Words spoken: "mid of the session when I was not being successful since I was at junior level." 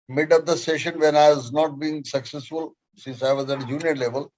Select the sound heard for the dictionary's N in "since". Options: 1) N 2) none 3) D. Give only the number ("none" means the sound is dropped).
2